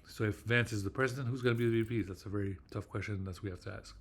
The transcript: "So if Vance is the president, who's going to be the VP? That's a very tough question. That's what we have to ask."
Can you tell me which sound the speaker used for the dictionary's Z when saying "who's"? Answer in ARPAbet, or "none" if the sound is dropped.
Z